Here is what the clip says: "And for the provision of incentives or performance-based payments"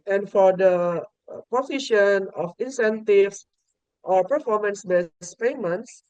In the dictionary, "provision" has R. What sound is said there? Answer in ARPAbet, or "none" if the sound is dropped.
none